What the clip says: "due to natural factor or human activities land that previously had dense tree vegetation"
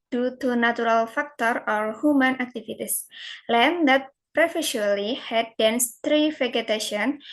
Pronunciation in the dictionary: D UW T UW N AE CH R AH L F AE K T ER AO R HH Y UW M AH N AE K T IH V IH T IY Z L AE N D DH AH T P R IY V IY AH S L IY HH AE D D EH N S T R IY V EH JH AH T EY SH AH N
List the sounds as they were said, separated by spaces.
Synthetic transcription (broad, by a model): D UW T UW N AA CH R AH L F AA K T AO AO R HH Y UW M AH N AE K T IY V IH T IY S L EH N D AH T P R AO F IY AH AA L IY HH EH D D EH N S T R IY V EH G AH T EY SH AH N